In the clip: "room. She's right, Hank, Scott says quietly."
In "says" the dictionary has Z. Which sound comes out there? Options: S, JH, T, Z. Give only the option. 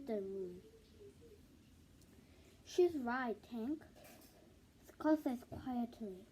S